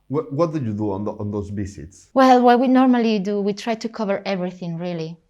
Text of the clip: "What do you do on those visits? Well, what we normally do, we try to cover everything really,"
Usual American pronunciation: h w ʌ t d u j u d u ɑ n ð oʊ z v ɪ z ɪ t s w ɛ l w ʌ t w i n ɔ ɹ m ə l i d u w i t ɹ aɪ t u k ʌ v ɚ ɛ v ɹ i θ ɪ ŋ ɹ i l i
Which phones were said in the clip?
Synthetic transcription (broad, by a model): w w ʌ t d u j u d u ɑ n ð oʊ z b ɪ s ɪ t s w ɛ l w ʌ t w i n ɔ ɹ m ə l i d u w i t ɹ aɪ t u k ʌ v ɚ ɛ v ɹ i θ ɪ ŋ ɹ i l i